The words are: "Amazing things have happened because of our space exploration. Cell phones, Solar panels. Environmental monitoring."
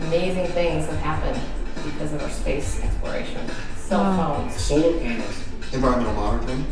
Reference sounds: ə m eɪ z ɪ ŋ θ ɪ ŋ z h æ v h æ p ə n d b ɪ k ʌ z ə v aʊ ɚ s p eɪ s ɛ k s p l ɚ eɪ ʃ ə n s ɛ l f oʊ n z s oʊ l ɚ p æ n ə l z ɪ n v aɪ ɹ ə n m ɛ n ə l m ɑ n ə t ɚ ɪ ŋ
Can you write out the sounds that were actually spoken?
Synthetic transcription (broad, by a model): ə m eɪ z ɪ ŋ θ ɪ ŋ z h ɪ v h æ p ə n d b ɪ k ʌ z ə v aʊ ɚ s p eɪ s ɛ k s p l ɚ eɪ ʃ ə n s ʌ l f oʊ l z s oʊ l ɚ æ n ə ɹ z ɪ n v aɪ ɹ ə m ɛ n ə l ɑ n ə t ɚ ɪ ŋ